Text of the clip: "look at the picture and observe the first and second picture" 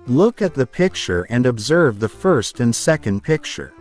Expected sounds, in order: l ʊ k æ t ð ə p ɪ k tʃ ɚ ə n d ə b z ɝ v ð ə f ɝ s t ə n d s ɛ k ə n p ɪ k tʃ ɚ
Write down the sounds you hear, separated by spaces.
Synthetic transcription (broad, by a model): l ʊ k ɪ t ð ə p ɪ k tʃ ɚ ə n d ə b z ɝ v ð ə f ɝ s t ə n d s ɛ k ə n p ɪ k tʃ ɚ